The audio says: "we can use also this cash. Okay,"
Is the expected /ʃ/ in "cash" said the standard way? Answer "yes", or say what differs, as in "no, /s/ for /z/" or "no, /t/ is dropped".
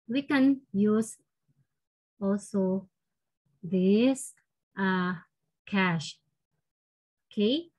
yes